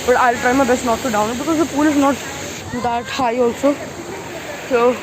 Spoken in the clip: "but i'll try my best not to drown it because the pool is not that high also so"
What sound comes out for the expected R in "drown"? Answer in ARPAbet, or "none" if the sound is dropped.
none